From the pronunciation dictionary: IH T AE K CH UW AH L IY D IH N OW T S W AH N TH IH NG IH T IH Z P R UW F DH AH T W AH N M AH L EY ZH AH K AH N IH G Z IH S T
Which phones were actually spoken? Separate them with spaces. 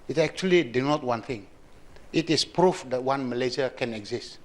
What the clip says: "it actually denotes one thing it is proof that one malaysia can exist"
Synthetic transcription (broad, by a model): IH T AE K CH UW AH L IY D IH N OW T W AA N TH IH NG IH T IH S P R UW F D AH T W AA N M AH L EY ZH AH K AH N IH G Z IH S T